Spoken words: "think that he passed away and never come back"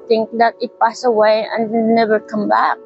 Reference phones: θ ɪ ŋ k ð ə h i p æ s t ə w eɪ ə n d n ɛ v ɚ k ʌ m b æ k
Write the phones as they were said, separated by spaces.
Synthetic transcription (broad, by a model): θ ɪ ŋ k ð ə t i p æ s ə w eɪ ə n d n ɛ v ɚ k ʌ m b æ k